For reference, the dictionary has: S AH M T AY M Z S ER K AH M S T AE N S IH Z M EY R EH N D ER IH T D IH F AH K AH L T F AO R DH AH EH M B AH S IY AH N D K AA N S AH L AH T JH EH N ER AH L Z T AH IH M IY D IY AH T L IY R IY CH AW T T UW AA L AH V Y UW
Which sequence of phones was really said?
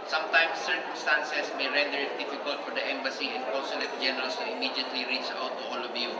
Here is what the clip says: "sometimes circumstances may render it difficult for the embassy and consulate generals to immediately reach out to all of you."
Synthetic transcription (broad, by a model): S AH M T AY M S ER K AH M S T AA N S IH S M EY R EH N D ER IH T D IH F AH K AH L T F AO R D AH EH M B AH S IY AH N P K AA S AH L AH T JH EH N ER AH L S T AH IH M IY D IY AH T L IY R IY CH AW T T UW AA L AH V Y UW